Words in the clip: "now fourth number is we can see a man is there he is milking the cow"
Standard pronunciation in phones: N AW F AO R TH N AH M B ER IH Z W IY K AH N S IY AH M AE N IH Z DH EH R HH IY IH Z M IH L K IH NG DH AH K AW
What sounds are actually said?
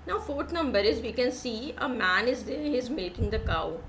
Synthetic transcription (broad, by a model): N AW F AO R T N AH M B ER IH Z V IY K AH N S IY AH M AE N IH Z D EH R HH IY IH Z M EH K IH NG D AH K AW